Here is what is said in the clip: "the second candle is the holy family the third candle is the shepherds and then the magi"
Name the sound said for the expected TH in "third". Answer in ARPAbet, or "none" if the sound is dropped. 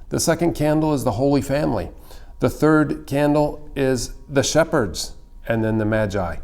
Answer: TH